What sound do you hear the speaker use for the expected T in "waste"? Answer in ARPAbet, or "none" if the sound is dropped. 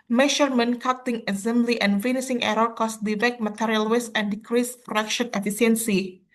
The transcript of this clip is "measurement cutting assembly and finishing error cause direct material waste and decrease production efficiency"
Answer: none